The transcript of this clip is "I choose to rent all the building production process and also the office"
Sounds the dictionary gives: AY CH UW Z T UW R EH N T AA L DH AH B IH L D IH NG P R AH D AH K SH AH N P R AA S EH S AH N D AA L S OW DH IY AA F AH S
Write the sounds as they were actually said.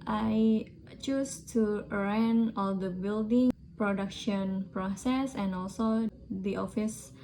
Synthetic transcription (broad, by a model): AY CH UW S T UW R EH N AA L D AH B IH L D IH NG P R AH D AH K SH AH N P R AA S EH S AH N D AA L S OW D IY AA F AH S